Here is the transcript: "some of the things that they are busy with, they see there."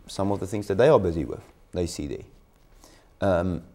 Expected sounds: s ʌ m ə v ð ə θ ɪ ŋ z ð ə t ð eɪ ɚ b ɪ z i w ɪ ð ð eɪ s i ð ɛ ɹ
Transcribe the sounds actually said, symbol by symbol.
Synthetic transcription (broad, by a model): s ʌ m ə v ð ə θ ɪ ŋ z ð ə t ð eɪ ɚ b ɪ z i w ɪ ð ð eɪ s i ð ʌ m